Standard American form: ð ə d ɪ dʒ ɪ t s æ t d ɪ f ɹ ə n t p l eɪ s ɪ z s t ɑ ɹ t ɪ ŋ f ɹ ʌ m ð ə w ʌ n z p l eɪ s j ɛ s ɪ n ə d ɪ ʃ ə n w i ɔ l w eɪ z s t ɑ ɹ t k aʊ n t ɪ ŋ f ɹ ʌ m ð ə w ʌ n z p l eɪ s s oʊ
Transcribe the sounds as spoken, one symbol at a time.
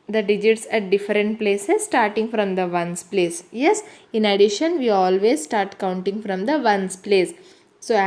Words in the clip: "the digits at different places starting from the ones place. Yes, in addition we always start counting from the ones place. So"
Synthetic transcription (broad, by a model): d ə d ɪ dʒ ɪ t s æ t d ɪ f ɹ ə n t p l eɪ s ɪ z s t ɑ ɹ t ɪ ŋ f ɹ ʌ m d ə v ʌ n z p l eɪ s j ɛ s ɪ n ə d ɪ ʃ ə n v i ɔ l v eɪ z s t ɑ ɹ t k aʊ n t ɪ ŋ f ɹ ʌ m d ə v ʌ n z p l eɪ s s oʊ